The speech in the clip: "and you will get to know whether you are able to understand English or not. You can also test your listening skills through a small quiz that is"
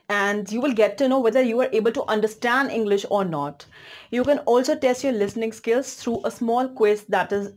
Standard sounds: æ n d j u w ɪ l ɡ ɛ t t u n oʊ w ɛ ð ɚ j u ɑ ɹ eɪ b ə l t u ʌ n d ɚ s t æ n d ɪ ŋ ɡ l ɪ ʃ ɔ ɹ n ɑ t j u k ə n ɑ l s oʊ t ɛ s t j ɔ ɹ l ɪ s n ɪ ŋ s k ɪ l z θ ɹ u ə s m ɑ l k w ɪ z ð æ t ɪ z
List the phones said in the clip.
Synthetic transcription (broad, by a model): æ n d j u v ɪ l ɡ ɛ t t u n oʊ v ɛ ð ɚ j u ɑ ɹ eɪ b ə l t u ʌ n d ɚ s t æ n d ɪ ŋ ɡ l ɪ ʃ ɔ ɹ n ɑ t j u k ə n ɑ l s oʊ t ɛ s t j ɔ ɹ l ɪ s n ɪ ŋ s k ɪ l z t ɹ u ə s m ɑ l k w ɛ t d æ t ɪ z